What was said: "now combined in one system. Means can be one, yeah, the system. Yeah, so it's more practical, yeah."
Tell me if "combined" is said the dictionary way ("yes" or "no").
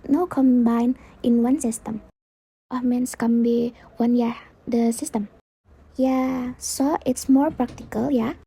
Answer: no